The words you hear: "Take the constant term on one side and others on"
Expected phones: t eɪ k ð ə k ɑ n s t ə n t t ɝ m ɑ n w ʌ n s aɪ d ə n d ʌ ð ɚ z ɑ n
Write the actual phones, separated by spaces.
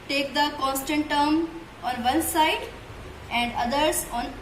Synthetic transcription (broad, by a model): t eɪ k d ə k ɑ n s t ə n t t ɝ m ɑ n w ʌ l s aɪ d ə n d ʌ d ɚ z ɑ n